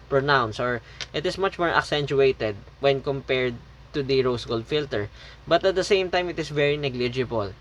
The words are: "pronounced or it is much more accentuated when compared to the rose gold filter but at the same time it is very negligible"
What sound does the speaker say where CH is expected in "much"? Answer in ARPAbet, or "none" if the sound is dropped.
CH